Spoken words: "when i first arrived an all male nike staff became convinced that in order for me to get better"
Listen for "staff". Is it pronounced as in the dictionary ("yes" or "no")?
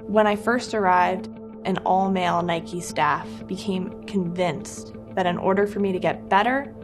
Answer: yes